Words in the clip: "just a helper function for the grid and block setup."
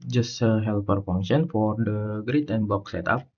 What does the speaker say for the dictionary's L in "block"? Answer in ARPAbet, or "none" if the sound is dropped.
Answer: none